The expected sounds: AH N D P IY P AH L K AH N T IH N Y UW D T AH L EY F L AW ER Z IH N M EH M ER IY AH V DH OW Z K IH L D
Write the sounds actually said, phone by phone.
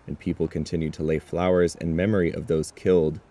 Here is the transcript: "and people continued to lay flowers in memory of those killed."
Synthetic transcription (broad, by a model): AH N P IY P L K AH N T IH N Y UW D T AH L EY F L AW ER Z IH N M EH M ER IY AH V DH OW Z K IH L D